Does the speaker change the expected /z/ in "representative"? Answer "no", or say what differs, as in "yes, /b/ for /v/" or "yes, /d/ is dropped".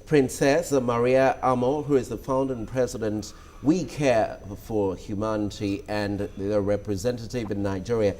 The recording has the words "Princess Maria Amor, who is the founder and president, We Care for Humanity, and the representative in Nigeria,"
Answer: no